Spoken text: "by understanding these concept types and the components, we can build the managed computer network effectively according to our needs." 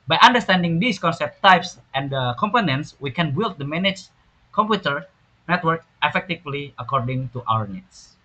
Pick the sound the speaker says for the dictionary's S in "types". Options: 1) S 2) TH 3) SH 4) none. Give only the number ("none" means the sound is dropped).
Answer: 1